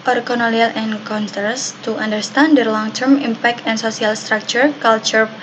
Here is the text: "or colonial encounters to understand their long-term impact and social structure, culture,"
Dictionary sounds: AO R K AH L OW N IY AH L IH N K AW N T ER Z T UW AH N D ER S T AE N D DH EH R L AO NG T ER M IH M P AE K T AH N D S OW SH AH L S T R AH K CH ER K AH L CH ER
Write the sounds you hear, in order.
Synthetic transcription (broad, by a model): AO R K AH N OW L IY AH L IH N K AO N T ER S T UW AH N D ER S T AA N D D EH R L AO NG T ER M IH M P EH K T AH N S OW S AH L S T R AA K CH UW K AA L CH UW